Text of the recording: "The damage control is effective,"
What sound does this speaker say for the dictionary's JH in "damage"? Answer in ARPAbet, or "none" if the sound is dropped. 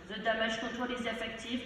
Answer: ZH